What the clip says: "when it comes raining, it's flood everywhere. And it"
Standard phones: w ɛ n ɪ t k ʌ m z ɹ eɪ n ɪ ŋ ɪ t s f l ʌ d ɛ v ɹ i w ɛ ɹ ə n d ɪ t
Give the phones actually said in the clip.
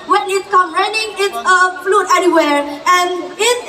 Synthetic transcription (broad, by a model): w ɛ n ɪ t k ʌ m ɹ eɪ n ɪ ŋ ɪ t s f l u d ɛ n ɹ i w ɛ ɹ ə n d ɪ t